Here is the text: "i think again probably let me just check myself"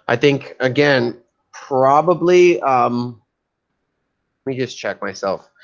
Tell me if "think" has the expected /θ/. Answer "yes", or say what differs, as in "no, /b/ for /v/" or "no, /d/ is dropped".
yes